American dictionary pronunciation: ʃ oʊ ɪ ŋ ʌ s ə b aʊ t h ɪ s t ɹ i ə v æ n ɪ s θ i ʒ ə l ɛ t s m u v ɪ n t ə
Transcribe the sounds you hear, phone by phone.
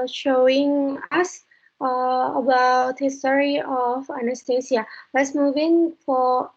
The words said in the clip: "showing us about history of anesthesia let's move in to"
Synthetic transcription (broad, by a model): ʃ oʊ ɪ ŋ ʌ s ə b aʊ t h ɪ s t ɹ i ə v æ n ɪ s t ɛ s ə l ɛ t s m u v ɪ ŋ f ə